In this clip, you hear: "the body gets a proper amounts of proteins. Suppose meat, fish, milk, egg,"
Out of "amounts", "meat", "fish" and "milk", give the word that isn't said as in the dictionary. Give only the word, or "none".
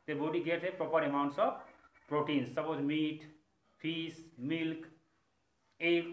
fish